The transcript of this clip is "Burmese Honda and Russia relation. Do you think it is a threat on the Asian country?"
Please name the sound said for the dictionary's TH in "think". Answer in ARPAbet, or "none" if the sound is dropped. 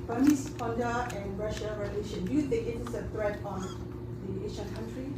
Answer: T